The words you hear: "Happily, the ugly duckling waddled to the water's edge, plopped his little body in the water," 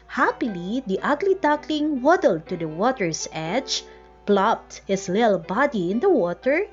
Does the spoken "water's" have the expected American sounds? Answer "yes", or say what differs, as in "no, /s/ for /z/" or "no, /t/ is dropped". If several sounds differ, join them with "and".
no, /s/ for /z/